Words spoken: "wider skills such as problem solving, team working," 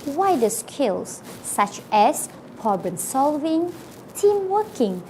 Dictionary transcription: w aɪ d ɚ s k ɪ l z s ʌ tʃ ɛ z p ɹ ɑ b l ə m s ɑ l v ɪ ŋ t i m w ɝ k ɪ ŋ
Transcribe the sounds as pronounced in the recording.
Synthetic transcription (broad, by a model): w aɪ d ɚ s k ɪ l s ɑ tʃ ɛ s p ɑ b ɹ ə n s ɑ l v ɪ ŋ t i m w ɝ k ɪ ŋ